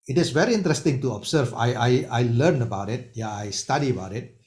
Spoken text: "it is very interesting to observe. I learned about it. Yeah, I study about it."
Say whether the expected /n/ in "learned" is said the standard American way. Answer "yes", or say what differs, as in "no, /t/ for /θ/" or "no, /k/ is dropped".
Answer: no, /l/ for /n/